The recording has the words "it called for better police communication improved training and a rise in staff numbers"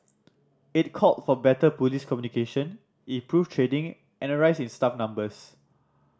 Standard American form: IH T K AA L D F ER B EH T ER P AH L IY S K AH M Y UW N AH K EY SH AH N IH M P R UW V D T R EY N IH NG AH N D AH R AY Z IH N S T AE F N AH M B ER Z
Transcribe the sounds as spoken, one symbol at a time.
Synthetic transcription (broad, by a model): IH T K AA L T F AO B EH T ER P AH L IY S K AH M Y UW N AH K EY SH AH N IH P R UW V T R EY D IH NG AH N AH R AY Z IH N S T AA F N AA M B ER S